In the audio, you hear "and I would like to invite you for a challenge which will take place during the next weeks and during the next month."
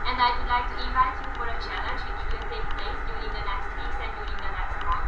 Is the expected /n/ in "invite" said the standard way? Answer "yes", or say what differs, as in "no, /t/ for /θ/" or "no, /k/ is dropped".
no, /n/ is dropped